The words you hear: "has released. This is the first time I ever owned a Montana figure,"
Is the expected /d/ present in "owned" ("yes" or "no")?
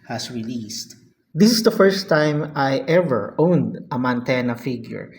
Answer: yes